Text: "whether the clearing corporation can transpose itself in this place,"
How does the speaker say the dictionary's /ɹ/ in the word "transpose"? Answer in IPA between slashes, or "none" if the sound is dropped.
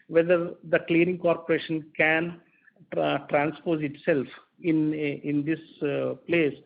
/ɹ/